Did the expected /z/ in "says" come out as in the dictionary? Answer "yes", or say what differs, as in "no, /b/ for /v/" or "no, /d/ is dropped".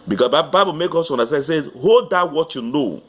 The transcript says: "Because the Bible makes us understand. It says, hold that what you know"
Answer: no, /z/ is dropped